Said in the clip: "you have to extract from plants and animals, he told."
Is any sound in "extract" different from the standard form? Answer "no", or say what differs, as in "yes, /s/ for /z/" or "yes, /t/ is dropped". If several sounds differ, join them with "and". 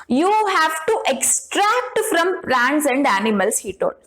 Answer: no